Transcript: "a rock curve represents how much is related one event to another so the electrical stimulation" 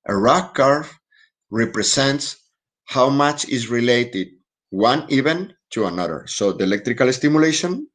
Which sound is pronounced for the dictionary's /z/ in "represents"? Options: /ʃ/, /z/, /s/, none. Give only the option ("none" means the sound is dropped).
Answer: /s/